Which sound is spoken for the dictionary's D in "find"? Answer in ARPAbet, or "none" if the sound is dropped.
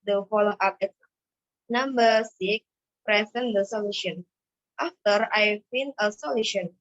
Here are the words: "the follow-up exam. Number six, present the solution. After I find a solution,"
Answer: none